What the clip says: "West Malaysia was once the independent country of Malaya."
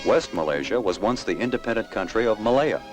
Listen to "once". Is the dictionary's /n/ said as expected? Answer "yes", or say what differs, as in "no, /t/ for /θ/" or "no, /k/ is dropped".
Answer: yes